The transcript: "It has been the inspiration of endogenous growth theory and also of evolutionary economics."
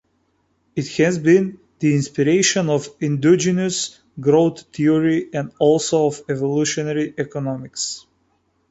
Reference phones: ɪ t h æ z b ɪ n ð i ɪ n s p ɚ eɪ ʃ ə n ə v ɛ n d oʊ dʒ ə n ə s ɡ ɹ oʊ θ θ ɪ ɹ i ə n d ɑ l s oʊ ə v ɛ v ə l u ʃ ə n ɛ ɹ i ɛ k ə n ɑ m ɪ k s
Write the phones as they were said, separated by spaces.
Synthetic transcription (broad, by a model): ɪ t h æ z b ɪ n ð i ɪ n s p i eɪ ʃ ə n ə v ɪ n d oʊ dʒ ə n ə s ɡ ɹ oʊ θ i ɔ ɹ i ə n d ɑ l s oʊ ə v ɛ v ə l u ʃ ə n ɛ ɹ i ɛ k ə n ɑ m ɪ k s